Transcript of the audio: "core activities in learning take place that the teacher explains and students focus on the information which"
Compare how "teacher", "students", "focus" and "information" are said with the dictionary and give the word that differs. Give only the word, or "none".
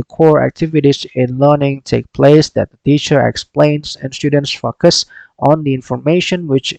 none